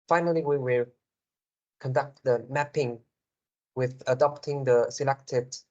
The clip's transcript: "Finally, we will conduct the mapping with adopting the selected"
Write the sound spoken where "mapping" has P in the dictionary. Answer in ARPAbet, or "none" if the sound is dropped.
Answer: P